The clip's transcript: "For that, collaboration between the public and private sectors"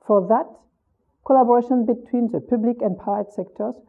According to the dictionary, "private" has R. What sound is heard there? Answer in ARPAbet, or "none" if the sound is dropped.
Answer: none